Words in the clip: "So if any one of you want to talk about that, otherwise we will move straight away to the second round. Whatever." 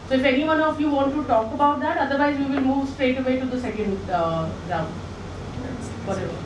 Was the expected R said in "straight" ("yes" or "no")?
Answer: yes